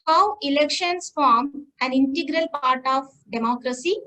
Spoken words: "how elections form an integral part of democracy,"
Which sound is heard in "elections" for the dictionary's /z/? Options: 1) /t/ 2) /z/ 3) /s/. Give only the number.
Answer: 3